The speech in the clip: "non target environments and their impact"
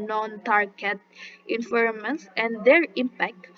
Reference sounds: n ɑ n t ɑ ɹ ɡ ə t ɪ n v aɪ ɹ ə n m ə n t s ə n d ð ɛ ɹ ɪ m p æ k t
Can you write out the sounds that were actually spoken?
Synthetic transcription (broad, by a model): n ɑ n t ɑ ɹ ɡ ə t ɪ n f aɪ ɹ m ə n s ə n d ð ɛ ɹ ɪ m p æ k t